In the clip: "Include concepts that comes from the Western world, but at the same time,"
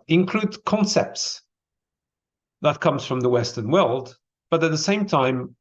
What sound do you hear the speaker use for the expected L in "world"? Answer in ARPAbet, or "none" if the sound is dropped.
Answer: L